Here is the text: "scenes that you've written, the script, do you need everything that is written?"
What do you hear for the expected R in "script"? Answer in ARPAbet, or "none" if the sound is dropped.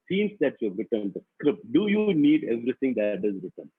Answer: R